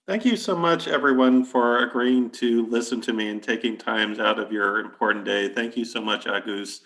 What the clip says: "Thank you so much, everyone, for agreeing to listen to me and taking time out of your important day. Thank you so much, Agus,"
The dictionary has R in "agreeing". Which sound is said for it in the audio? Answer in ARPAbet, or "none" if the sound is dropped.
R